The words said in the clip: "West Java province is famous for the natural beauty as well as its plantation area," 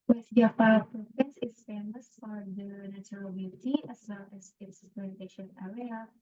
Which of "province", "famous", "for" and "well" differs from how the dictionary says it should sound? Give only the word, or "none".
province